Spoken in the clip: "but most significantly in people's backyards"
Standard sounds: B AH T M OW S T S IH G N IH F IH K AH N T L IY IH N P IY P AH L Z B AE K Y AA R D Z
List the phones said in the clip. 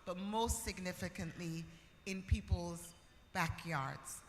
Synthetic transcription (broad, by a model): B AH T M OW S T S IH G N IH F IH K AH N T L IY IH N P IY P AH L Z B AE K Y AA R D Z